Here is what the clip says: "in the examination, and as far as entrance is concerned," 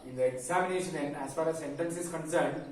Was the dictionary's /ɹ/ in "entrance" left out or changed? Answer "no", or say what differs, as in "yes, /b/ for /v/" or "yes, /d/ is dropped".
yes, /ɹ/ is dropped